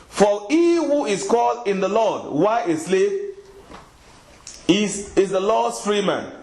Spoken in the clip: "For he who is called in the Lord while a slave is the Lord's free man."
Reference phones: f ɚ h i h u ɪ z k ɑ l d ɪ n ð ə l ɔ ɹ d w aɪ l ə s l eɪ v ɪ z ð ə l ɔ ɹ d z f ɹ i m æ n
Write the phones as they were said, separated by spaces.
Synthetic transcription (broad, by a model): f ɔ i h u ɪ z k ɑ l d ɪ n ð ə l ɔ d w aɪ ə s l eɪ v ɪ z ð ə l ɔ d s f ɹ i m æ n